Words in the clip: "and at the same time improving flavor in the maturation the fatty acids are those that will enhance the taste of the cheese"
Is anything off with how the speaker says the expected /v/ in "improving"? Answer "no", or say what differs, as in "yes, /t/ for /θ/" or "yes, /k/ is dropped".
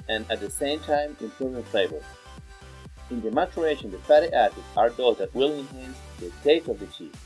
yes, /v/ is dropped